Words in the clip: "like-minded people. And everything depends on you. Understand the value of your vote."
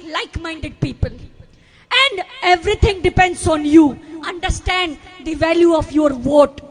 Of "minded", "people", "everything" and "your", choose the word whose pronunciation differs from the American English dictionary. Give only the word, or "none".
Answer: everything